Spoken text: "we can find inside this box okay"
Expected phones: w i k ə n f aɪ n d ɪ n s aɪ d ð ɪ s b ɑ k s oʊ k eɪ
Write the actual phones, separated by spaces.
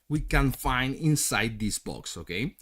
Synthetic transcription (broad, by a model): w i k ə n f aɪ n d ɪ n s aɪ d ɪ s b ɑ k s oʊ k eɪ